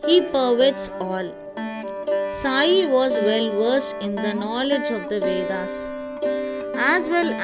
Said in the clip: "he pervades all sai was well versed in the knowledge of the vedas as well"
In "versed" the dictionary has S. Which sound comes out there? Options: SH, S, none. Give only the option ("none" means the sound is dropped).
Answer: S